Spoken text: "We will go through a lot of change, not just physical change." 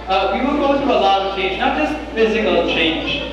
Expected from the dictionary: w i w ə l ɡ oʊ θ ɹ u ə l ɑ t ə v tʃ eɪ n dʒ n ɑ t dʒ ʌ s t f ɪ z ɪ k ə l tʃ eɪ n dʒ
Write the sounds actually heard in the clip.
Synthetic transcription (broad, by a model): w i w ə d ɡ oʊ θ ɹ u ə l ɑ t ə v tʃ eɪ n dʒ n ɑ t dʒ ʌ s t f ɪ z ɪ k ə l tʃ eɪ n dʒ